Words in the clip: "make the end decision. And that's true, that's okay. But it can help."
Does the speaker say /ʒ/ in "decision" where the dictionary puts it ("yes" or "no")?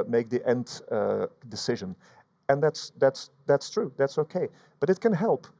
yes